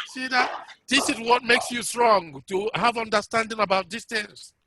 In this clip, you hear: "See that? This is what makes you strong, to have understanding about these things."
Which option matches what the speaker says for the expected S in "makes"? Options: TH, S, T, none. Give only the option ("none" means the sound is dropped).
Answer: S